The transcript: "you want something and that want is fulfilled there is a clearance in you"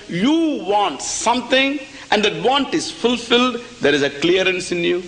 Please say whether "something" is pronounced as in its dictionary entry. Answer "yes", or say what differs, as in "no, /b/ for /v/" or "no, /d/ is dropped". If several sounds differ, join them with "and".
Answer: no, /t/ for /θ/